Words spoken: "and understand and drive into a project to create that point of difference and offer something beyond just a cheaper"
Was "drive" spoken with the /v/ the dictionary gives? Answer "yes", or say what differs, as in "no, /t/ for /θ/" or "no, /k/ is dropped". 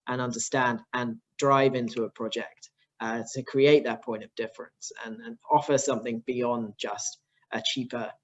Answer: yes